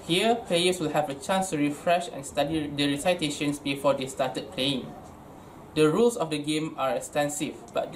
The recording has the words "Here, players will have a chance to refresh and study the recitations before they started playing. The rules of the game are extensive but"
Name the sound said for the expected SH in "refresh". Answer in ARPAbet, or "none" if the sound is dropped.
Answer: SH